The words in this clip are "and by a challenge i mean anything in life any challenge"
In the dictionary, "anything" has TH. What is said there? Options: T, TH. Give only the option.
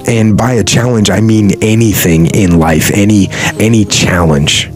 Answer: TH